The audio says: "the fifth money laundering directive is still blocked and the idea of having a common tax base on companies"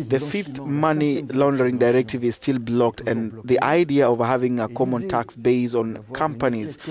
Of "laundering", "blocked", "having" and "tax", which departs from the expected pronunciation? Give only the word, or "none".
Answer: none